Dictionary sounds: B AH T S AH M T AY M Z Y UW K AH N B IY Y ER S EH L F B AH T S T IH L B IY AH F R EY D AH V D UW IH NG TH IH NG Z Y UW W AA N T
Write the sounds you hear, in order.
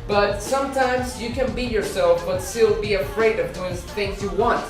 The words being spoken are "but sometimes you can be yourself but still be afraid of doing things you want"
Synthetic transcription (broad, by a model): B AH T S AH M T AY M Z Y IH K AH N B IY Y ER S EH L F B AH T S T IH L B IY AH F R EY D AH V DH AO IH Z TH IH NG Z Y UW W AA N T